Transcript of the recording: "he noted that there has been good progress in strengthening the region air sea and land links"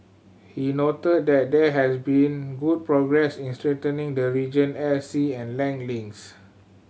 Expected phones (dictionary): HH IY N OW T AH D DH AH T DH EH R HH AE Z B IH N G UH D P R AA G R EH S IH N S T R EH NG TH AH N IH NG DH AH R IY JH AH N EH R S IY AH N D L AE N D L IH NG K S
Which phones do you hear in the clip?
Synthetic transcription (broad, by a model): HH IY N OW T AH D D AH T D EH HH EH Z B IH N G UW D P R AA G R EH S IH N S T R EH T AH N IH NG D AH R IY JH AH N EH L S IY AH N L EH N L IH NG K S